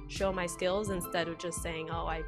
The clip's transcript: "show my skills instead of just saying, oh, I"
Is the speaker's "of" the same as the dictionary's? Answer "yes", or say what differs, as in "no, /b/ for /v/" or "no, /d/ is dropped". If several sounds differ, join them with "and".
yes